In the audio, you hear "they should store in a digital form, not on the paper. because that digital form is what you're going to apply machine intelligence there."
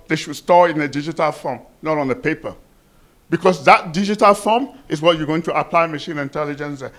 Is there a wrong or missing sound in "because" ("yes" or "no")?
yes